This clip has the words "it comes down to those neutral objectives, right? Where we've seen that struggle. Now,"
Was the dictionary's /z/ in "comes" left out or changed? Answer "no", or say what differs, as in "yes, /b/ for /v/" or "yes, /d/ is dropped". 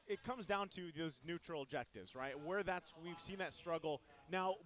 no